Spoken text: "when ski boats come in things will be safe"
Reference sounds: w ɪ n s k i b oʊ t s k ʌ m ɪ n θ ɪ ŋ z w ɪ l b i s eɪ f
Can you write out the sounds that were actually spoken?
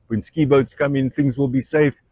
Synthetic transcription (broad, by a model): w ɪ n s k i b oʊ t s k ʌ m ɪ n θ ɪ ŋ z w ɪ l b i s eɪ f